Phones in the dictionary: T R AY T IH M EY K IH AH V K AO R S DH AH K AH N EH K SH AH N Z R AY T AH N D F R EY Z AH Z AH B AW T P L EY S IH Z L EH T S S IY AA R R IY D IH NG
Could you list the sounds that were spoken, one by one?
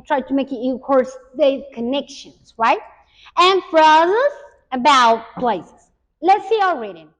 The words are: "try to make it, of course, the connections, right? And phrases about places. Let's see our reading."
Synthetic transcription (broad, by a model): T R AY T IH M EY K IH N K AO R S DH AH K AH N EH K SH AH N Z R AY T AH N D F R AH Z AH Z AH B AW T P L EY S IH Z L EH T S S IY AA L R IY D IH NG